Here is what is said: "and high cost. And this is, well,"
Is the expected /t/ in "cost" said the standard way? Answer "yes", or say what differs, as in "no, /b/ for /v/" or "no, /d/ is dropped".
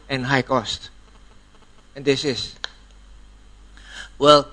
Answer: yes